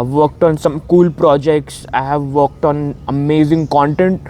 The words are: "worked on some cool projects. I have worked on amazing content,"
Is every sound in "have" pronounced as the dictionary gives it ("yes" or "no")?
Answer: yes